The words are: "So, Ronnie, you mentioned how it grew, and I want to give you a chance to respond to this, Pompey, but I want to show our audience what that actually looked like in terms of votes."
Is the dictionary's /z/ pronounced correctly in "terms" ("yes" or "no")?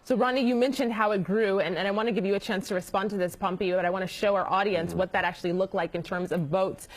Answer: yes